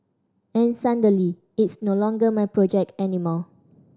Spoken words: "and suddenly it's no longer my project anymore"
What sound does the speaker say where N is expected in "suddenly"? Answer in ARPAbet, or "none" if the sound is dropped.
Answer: none